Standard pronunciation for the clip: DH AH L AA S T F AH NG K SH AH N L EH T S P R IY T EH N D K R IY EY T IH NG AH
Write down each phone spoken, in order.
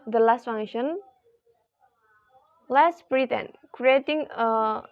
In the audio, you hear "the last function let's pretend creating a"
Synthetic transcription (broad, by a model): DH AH L AA S T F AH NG SH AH N L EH S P R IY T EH N K R IY EY T IH NG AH